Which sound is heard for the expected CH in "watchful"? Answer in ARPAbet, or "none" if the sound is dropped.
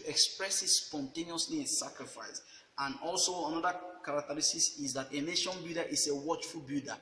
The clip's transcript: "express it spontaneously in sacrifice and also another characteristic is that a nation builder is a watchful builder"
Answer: CH